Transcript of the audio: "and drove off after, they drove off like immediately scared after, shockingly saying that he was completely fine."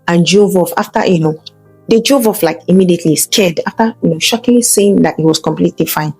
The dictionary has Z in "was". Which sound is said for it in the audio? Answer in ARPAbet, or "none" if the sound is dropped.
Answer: S